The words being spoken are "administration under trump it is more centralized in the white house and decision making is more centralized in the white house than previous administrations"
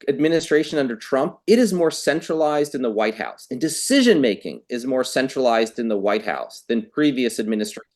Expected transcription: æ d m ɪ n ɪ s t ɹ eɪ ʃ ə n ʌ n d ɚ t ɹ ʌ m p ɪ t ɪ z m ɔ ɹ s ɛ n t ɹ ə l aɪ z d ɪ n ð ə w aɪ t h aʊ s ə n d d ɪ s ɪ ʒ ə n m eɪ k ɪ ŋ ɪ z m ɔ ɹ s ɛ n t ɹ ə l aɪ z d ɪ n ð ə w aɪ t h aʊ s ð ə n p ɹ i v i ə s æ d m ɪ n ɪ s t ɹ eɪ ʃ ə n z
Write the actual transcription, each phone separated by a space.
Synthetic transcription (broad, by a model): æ d m ɪ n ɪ s t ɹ eɪ ʃ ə n ʌ n d ɚ t ɹ ʌ m p ɪ t ɪ z m ɔ ɹ s ɛ n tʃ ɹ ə l aɪ z d ɪ n ð ə w aɪ t h aʊ s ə n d d ɪ s ɪ ʒ ə n m eɪ k ɪ ŋ ɪ z m ɔ ɹ s ɛ n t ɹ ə l aɪ z d ɪ n ð ə w aɪ t h aʊ s ð ə n p ɹ i v i ə s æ d m ɪ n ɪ s t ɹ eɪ